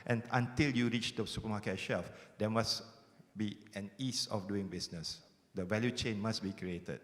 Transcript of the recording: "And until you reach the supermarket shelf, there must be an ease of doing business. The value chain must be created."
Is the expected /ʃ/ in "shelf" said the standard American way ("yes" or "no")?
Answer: yes